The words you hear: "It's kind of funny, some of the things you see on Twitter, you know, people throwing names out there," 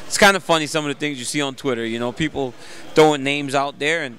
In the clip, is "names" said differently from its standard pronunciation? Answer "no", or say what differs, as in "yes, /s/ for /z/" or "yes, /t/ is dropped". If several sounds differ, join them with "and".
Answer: no